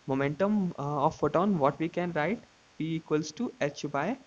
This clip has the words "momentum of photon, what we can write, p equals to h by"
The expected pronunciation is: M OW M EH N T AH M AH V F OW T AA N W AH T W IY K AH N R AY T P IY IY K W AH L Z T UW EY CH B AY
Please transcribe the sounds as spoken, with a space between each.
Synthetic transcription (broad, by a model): M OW M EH N T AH M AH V F OW T AA N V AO T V IY K AH N R AY T B IY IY K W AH L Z T UW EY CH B AY